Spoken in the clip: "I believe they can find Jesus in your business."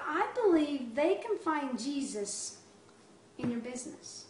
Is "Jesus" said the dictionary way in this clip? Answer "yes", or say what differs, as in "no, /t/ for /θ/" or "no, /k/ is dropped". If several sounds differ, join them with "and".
yes